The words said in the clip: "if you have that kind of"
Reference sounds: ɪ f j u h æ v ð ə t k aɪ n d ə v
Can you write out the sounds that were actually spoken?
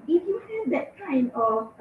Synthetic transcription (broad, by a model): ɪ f j u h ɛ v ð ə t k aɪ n ə